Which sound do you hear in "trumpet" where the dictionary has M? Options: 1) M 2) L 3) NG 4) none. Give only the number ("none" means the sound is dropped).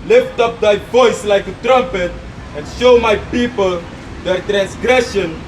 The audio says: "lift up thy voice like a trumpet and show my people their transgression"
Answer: 1